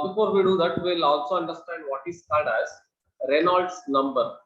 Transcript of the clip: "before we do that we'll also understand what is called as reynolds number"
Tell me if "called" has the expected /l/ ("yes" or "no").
no